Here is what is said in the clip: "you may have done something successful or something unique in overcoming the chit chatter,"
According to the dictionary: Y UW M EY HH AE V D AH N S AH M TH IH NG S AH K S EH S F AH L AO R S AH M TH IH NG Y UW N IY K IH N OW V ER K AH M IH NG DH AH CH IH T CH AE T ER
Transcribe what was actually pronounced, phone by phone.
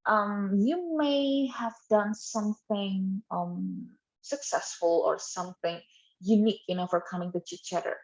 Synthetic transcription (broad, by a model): Y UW M EY HH AE V D AH N S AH M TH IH NG S AH K S EH S F AH L AO R S AH M TH IH NG Y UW N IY K IH N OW F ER K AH M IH NG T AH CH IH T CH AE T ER